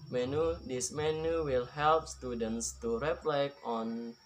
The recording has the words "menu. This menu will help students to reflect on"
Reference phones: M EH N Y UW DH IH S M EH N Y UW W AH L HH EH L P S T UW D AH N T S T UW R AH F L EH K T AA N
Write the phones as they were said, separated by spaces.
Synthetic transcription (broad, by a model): M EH N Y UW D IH S M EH N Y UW W AH L HH EH L P S T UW D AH N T S T UW R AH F L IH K AA N